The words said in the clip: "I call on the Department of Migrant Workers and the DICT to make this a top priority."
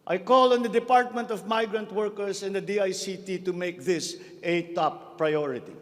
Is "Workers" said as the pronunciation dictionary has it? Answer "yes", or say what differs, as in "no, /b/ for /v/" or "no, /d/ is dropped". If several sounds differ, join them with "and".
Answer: no, /s/ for /z/